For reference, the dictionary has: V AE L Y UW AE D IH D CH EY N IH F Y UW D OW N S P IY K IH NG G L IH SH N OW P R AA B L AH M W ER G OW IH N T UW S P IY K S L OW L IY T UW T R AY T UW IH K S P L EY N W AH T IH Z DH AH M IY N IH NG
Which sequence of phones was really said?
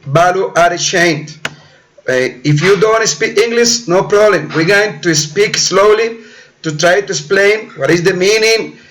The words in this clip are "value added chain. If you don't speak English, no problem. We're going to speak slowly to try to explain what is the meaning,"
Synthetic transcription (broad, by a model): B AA L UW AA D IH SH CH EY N IH F Y UW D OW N S P IY K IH NG G L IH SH N OW P R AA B L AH M W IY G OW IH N T UW S P IY K S L OW L IY T UW T R AY T UW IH S P L EY N W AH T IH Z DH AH M IY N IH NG